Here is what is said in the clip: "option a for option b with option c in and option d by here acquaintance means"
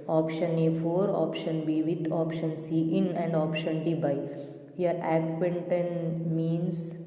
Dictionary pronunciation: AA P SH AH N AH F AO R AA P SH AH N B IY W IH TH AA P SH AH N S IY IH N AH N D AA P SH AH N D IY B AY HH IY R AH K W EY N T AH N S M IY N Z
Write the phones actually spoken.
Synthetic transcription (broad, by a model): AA P SH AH N AH F AO R AA P SH AH N B IY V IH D AA P SH AH N S IY IH N AH N D AA P SH AH N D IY B AY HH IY R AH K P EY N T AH N M IY N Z